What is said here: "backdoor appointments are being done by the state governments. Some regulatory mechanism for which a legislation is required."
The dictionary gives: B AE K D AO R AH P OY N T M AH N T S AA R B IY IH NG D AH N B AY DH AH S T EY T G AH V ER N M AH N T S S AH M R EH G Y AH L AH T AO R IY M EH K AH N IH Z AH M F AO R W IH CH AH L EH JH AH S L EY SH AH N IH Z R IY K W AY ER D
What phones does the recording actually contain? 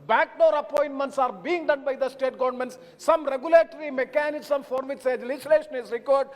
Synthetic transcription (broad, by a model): B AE K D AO R AH P OY N T M AH N T S AA R B IY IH NG D AH N B AY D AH S T EY T G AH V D N M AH N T S S AH M R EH G Y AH L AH T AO R IY M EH K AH N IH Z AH M F AO R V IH S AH L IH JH S L EY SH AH N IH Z R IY K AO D D